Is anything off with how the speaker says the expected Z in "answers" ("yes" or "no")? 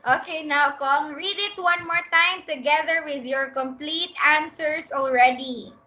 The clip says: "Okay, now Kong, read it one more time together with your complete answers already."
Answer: yes